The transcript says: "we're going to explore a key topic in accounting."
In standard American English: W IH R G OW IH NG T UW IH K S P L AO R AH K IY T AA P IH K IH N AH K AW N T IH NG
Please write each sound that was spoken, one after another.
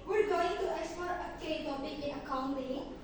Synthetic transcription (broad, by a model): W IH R G OW IH NG T UW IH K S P AO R AH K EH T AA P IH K IH N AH K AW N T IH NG